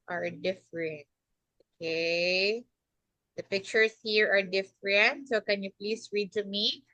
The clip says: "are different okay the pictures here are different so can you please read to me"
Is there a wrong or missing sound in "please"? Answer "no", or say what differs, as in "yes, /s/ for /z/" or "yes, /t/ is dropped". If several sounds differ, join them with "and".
yes, /s/ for /z/